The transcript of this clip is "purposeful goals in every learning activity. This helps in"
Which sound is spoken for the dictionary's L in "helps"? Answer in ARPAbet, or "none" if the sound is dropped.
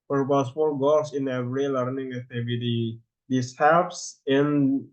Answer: none